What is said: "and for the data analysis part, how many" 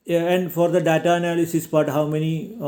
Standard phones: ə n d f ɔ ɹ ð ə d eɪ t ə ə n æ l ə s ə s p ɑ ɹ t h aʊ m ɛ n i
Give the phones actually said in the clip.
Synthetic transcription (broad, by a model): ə n d f ɔ ɹ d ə d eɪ t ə ə n æ l ə s ə s b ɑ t h aʊ m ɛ n i